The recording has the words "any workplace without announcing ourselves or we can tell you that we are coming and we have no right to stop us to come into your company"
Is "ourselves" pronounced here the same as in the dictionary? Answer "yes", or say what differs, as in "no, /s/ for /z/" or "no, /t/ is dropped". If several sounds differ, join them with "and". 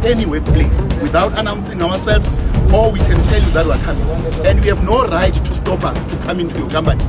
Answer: no, /w/ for /ɹ/